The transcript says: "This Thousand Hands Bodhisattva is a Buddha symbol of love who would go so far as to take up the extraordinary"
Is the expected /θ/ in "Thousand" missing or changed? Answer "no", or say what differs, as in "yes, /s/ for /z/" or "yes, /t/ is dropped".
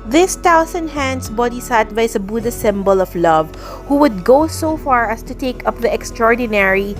yes, /t/ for /θ/